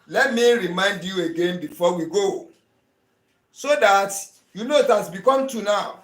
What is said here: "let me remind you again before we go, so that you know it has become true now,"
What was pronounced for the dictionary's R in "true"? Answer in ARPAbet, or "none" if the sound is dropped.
none